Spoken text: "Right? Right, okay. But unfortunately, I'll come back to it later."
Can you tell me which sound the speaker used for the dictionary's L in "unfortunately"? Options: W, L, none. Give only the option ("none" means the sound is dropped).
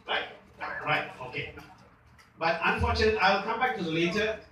none